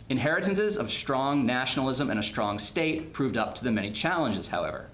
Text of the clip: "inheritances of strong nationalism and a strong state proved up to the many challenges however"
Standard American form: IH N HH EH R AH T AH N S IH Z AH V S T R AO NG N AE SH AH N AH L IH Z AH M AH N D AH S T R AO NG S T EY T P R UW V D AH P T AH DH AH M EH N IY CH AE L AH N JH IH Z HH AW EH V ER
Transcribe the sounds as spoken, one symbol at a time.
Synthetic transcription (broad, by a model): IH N HH EH R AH T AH N S IH Z AH V S T R AO NG N AE SH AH N L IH Z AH M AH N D AH S T R AO NG S T EY T P R UW V D AH P T AH DH AH M EH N IY CH AE L AH N JH IH Z HH AW EH V ER